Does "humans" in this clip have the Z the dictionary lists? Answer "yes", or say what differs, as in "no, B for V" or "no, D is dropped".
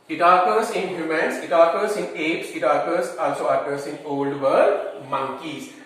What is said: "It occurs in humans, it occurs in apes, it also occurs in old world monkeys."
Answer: no, S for Z